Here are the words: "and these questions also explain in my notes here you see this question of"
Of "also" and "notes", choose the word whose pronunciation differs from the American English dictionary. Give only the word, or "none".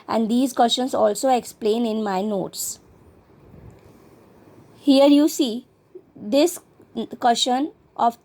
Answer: none